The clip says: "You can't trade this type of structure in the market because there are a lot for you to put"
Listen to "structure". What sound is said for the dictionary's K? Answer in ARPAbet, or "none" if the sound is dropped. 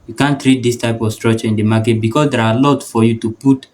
none